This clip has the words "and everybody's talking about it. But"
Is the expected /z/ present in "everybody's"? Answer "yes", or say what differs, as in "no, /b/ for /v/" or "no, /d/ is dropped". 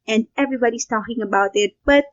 no, /s/ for /z/